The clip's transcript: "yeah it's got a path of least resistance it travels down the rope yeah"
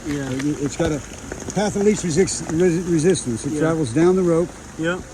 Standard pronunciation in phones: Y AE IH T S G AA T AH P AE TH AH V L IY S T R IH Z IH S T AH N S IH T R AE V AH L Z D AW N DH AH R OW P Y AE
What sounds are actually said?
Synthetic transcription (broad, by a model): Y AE IH T S G AA T AH P AE TH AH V L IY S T R IH Z IH S T AH N S IH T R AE V L Z D AW N DH AH R OW P Y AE